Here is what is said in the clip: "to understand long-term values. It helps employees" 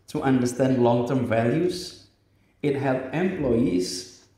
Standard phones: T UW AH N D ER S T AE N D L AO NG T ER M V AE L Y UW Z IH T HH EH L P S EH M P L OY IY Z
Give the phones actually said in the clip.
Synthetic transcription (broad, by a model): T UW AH N D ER S T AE N D L AO NG T ER M V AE L Y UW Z IH T HH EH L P EH M P L OY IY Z